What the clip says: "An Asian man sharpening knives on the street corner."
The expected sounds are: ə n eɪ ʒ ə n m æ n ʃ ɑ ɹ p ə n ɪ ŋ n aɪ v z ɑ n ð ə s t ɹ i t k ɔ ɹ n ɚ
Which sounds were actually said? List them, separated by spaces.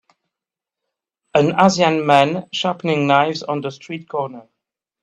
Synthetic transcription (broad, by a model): ə n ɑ z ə n m æ n ʃ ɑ p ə n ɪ ŋ n aɪ v z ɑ n ð ə s t ɹ i t k ɔ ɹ n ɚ